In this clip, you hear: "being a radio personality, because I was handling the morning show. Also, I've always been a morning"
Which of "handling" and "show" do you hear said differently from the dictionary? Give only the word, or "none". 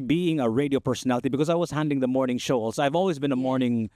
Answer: handling